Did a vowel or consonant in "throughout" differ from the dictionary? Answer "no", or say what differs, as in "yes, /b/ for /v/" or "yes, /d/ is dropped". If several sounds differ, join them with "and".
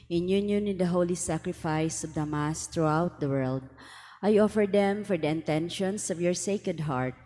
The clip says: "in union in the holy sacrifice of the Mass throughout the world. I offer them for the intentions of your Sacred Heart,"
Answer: yes, /t/ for /θ/